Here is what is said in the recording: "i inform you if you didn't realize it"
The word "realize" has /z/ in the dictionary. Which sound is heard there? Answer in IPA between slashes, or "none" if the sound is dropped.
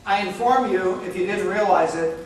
/z/